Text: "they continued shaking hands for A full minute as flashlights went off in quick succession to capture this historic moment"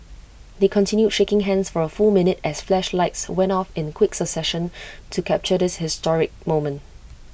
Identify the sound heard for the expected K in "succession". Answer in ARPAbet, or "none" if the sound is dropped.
none